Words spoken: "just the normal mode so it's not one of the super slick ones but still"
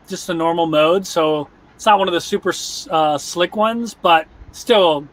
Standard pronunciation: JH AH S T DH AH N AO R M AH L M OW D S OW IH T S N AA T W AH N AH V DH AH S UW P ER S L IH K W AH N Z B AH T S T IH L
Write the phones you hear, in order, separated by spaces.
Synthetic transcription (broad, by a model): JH AH S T DH AH N AO R M L M OW D S OW IH T S N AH T W AH N AH V DH AH S UW P ER S L IH K W AH N Z B AH T S T IH L